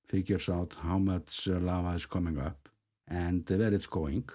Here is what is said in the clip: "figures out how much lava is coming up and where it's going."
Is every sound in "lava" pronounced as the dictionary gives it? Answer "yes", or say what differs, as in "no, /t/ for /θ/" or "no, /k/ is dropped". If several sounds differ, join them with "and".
no, /v/ is dropped